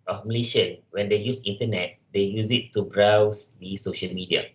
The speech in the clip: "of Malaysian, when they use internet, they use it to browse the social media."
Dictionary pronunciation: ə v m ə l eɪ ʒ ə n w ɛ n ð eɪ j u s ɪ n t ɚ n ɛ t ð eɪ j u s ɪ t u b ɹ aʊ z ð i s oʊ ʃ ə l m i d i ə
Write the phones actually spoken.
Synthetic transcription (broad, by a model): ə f m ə l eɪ ʃ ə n w ɛ n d eɪ j u s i n t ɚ n ɛ t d eɪ j u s ɪ t u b ɹ aʊ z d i s oʊ ʃ ə l m i d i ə